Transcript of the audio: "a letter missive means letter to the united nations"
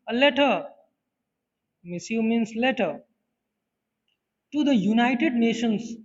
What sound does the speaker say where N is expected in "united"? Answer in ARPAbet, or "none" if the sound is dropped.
N